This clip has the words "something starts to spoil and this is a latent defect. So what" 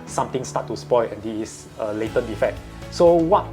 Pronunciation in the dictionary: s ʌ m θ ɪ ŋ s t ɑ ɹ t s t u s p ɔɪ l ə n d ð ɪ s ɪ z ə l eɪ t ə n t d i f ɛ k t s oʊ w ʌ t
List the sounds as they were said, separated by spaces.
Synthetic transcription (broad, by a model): s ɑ m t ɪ ŋ s t ɑ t t u s p ɔɪ l ə n d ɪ ɪ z ə l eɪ t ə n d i f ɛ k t s oʊ w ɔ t